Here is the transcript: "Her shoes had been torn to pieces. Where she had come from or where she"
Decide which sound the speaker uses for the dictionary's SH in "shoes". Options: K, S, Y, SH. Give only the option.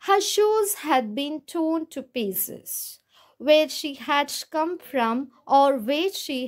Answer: SH